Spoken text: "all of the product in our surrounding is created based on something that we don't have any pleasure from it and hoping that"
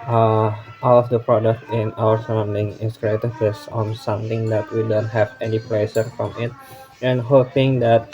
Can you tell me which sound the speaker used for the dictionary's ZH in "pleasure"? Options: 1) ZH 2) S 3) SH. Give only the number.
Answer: 2